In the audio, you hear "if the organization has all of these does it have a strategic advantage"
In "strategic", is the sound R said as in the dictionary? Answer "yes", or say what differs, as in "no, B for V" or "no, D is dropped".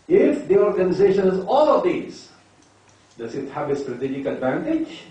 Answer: yes